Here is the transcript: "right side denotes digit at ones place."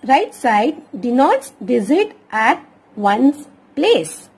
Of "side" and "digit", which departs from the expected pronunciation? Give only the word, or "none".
digit